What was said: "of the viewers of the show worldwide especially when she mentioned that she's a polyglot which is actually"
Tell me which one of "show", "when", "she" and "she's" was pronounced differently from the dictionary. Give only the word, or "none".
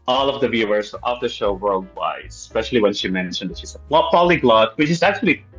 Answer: she's